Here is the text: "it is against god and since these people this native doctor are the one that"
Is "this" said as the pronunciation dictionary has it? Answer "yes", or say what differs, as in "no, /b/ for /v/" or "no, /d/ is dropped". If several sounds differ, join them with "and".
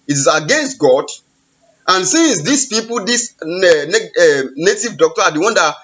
no, /s/ is dropped